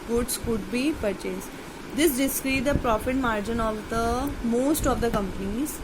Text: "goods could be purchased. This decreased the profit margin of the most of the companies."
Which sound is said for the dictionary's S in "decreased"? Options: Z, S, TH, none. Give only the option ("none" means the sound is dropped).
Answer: none